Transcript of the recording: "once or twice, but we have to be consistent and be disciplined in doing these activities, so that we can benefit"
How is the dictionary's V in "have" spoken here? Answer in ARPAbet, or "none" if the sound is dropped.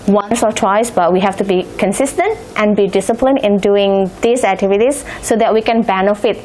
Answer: F